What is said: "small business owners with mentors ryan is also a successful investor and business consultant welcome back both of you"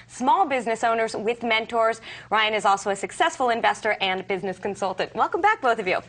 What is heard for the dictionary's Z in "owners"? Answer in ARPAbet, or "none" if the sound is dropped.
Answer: Z